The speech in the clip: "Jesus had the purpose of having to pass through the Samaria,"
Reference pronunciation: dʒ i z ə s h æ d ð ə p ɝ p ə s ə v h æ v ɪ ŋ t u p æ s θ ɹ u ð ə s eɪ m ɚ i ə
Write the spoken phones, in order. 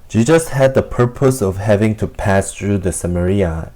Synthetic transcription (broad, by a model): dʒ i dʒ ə s h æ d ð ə p ɝ p ə s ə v h æ v ɪ ŋ t u p æ s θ ɹ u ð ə s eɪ m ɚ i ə